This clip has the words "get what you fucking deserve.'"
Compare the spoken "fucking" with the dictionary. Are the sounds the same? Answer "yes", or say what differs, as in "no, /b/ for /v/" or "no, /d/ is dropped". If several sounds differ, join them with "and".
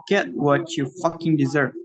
yes